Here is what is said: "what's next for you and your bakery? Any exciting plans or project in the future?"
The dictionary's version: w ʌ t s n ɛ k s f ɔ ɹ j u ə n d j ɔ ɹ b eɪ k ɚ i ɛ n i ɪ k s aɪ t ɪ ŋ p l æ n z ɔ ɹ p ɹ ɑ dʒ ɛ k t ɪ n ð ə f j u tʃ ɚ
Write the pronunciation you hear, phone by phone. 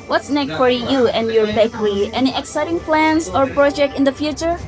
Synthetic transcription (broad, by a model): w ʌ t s n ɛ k f ɔ ɹ j u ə n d j ɔ ɹ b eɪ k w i ɛ n i ɪ k s aɪ t ɪ ŋ p l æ n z ɔ ɹ p ɹ ɑ dʒ ɛ k t ɪ n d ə f j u tʃ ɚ